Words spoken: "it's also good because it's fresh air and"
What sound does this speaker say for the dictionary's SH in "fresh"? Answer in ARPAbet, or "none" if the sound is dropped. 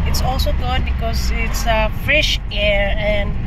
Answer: SH